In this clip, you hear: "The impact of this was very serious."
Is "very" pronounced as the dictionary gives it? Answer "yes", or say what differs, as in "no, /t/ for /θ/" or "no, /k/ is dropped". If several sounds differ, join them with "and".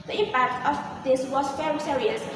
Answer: no, /f/ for /v/